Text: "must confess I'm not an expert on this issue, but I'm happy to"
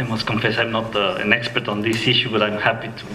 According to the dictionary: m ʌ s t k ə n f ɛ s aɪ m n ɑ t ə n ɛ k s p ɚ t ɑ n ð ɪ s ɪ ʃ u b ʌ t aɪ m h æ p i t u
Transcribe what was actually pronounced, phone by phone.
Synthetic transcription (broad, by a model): m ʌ s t k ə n f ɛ s aɪ m n ɑ t ə n ɛ k s p ɚ t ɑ n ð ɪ s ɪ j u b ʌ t aɪ m h æ p i t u